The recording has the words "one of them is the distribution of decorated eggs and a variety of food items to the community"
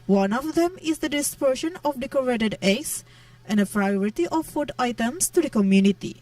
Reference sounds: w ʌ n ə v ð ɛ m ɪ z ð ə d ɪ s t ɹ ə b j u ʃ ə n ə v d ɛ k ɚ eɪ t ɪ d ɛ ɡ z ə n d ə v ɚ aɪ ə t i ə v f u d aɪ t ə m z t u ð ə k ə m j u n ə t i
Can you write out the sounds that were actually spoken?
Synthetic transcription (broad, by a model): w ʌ n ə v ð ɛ m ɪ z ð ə d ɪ s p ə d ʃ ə n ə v d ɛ k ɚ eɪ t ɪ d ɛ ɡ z ə n d ə p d aɪ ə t i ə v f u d aɪ t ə m s t u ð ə k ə m j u n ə t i